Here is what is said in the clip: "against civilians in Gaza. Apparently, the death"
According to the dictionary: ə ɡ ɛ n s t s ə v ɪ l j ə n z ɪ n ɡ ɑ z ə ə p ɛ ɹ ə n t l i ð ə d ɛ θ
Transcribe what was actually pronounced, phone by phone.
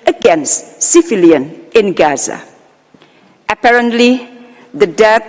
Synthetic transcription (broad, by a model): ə ɡ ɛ n s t s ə f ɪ l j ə n ɪ n ɡ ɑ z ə ə p ɛ ɹ ə n t l i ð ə d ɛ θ